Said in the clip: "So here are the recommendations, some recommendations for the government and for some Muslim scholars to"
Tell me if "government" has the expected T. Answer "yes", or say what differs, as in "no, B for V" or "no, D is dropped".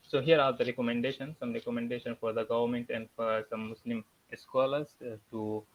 yes